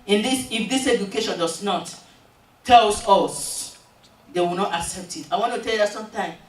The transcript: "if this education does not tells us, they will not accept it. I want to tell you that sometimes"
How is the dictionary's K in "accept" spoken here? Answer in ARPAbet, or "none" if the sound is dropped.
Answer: K